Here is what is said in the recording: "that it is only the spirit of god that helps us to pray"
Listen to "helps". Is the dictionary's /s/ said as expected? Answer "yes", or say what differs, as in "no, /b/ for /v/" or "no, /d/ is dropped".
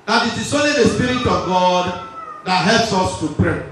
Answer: yes